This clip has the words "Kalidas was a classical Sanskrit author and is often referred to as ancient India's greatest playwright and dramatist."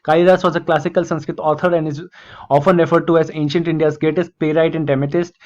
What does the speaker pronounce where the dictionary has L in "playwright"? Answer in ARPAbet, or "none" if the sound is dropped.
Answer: none